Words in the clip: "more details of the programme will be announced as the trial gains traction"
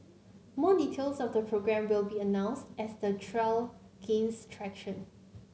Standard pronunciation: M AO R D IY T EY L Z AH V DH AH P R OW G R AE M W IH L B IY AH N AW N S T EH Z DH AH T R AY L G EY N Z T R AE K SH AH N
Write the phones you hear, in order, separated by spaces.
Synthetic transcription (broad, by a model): M AO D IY T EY L S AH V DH AH P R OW G R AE M W IH L B IY AH N AW N S T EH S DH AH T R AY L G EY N S T R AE K SH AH N